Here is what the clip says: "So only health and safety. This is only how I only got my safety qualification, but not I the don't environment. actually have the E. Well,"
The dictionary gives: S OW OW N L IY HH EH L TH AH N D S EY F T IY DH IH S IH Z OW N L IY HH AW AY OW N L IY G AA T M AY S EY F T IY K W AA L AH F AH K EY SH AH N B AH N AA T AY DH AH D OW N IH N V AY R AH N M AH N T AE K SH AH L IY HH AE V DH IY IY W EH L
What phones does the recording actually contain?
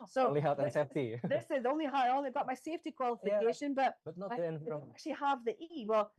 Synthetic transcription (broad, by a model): S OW OW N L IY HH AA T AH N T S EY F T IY DH IH S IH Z OW N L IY HH AW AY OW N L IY G AA T M AY S EY F T IY K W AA L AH F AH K EY SH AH N B AH T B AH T N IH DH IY AH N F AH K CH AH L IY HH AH V DH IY IY W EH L